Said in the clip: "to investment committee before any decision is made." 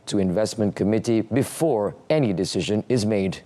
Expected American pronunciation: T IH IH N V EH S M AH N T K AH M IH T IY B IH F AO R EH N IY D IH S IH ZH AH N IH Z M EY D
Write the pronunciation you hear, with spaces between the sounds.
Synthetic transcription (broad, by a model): T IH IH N V EH S M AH N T K AH M IH T IY B IH F AO R EH N IY D IH S IH ZH AH N IH Z M EY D